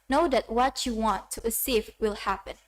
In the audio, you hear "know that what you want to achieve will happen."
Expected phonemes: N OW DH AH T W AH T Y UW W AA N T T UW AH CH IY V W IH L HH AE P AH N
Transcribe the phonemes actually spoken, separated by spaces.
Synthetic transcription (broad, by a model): N OW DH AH T W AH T Y UW W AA N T T UW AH S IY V W IH L HH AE P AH N